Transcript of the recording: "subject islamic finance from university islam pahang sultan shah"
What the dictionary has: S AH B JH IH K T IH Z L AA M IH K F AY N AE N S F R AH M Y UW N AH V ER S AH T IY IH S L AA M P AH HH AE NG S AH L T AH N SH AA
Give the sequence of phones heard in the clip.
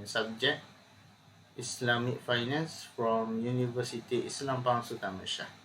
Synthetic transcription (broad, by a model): S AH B JH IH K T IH S L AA M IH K F AY N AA N S F R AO M Y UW N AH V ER S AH T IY IH S L AA M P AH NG S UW T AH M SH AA